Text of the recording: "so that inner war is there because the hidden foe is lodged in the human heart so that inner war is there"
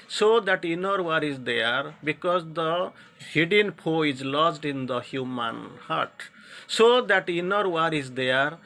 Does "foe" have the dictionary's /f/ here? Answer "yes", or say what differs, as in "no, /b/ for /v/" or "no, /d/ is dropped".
no, /p/ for /f/